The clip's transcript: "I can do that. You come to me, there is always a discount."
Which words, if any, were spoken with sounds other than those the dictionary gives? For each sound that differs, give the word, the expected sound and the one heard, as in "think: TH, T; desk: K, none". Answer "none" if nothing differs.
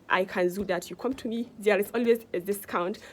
is: Z, S